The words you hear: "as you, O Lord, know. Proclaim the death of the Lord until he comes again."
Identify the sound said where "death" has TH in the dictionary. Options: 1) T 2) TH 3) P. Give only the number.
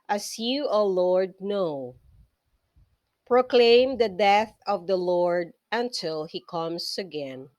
2